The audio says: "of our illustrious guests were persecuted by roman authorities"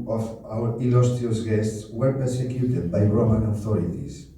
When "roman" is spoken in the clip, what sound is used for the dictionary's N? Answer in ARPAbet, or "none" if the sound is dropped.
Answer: N